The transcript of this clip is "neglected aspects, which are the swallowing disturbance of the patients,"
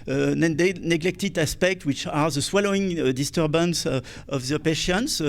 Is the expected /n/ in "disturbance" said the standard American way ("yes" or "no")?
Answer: yes